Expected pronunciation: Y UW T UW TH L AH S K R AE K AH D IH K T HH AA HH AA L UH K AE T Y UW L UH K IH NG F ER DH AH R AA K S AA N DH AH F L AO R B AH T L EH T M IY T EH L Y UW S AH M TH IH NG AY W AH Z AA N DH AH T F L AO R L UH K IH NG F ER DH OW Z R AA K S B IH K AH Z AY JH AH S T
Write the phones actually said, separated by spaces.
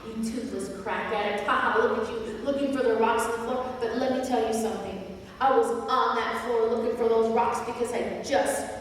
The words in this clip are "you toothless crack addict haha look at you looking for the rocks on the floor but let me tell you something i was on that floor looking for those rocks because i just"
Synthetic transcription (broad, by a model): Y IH T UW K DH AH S K R AE K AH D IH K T HH AA HH AA L UH K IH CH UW L UH K IH NG F ER DH AH R AA K S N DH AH F L AO R B AH T L EH T M IY T EH L Y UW S AH M TH IH NG AY W AH Z N DH AH T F L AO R L UH K IH NG F ER DH OW Z R AA K S B IH K AH Z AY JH AH S T